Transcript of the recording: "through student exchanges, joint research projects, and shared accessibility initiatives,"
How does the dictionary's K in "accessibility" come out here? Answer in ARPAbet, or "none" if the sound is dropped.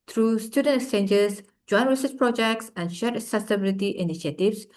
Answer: none